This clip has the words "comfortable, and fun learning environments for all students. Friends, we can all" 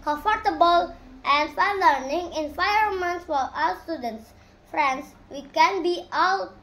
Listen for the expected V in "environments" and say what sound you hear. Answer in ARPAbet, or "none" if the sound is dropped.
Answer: F